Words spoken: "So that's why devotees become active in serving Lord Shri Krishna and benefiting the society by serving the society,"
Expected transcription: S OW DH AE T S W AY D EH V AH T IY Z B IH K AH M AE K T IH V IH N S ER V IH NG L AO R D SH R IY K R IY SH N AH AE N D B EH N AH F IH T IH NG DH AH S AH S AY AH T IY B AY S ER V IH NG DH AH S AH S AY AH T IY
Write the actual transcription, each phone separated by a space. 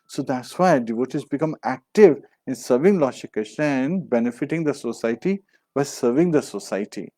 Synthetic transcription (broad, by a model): S OW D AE T S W AY D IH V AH T IY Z B IH K AH M AE K T IH V IH N S ER V IH NG L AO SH IY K AH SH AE N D B EH N AH F IH T IH NG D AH S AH S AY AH T IY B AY S ER V IH NG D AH S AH S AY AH T IY